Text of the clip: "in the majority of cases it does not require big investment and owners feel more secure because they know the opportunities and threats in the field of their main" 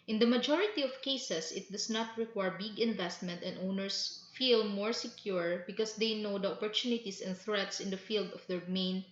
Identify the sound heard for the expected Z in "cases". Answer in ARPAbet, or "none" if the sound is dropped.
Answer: S